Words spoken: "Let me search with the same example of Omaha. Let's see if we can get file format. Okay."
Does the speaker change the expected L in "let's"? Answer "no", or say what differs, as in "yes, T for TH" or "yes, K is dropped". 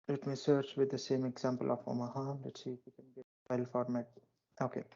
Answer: yes, N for L